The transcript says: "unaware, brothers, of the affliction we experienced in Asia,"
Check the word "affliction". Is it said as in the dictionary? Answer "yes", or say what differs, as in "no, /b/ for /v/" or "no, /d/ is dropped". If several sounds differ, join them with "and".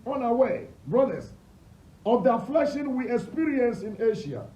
no, /k/ is dropped